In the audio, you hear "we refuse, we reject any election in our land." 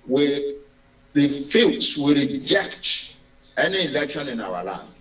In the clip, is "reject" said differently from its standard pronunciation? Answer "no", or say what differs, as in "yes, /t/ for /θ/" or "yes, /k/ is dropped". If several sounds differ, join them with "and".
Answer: no